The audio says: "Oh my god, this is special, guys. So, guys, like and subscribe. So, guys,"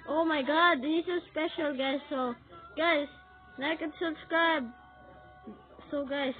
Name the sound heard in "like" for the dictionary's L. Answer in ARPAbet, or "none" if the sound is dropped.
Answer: N